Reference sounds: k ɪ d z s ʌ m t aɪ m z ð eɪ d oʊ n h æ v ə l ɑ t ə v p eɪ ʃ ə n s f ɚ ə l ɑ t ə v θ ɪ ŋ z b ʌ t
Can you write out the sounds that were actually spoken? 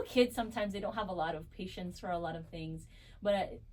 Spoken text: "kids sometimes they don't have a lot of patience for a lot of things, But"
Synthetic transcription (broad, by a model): k ɪ d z s ʌ m t aɪ m z ð eɪ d oʊ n h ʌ v ə l ɑ t ə v p eɪ ʃ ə n s f ɚ ə l ɑ t ə v θ ɪ ŋ z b ʌ t